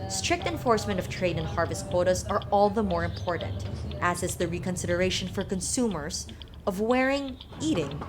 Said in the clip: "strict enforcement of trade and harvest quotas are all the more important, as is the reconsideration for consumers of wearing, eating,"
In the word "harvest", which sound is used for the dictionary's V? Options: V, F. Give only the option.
V